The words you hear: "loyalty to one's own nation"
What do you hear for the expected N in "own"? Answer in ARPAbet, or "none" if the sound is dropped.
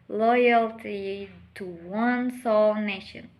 L